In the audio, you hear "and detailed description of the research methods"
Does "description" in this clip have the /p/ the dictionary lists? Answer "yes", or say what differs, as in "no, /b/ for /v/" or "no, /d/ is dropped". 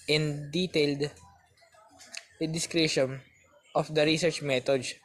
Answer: no, /p/ is dropped